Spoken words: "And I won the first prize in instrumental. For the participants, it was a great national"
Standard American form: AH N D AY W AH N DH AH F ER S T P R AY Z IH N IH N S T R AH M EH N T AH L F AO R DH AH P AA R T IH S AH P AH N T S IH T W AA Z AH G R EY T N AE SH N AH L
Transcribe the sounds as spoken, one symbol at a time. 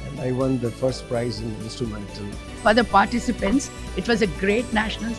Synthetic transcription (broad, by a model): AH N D AY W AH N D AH F ER S T P R AY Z IH N IH N S T R AH M EH N T AH L F AO R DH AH P AA R T IH S AH P AH N T S IH T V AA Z AH G R EY T N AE SH N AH L